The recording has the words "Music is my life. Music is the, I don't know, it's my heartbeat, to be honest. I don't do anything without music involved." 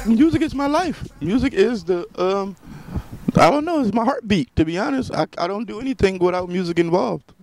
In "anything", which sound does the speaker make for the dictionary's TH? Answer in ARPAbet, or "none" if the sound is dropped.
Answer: TH